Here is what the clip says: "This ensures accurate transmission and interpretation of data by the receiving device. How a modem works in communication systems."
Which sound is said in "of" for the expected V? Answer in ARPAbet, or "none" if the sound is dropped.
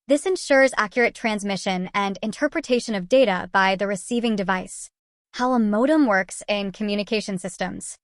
V